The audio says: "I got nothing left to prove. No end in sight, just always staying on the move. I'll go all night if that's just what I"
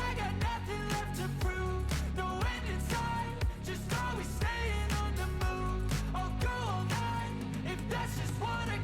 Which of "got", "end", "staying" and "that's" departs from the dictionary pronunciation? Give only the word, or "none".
end